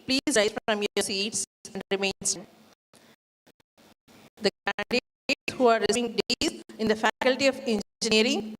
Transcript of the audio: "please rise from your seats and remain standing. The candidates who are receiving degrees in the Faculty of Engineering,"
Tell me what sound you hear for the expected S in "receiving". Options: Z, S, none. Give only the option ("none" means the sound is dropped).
none